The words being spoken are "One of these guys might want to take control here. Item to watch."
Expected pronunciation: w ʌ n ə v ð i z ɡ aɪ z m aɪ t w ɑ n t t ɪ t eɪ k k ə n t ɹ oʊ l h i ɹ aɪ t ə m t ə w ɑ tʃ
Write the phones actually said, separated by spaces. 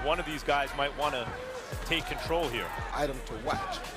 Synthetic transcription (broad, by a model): w ʌ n ə v ð i z ɡ aɪ z m aɪ t w ɑ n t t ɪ t eɪ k k ə n t ɹ oʊ l h i ɹ aɪ t ə m t ə w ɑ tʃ